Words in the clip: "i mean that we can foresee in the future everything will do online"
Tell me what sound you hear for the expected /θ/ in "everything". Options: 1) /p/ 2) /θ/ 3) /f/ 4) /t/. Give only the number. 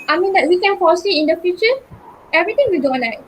4